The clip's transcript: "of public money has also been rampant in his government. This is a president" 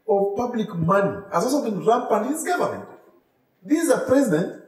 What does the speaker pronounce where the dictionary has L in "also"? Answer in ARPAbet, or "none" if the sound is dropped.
none